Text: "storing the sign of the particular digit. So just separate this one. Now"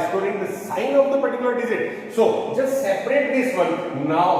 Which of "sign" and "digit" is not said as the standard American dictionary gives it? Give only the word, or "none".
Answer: digit